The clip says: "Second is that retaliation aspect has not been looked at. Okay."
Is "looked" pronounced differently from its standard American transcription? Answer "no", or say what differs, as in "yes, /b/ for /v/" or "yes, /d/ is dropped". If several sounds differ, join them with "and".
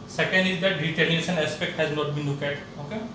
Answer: yes, /t/ is dropped